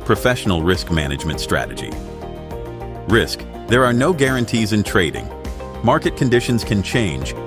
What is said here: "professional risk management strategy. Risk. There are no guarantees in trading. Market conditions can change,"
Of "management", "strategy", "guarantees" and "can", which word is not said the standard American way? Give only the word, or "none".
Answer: none